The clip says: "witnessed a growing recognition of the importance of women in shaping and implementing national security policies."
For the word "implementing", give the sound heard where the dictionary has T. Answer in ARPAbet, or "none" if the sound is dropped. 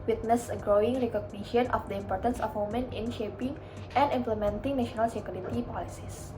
T